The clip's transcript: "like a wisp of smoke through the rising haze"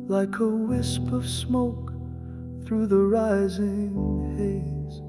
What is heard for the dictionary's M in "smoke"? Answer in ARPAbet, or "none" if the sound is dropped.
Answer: M